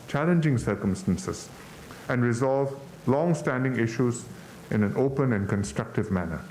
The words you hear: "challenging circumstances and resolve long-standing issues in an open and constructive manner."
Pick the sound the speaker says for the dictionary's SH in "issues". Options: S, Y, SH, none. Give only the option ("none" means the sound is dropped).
SH